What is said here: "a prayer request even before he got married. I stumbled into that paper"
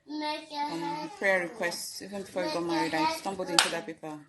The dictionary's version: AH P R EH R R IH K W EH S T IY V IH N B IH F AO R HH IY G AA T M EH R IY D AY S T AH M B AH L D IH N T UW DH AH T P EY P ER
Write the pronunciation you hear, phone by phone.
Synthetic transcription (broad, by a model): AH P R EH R R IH K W EH S T IY V IH N B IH F AO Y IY G AA T M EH R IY D AY S T AH M B AH L D IH N T UW DH AH T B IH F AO